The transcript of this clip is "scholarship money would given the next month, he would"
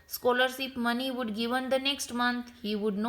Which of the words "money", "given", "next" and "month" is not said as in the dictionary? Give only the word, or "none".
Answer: month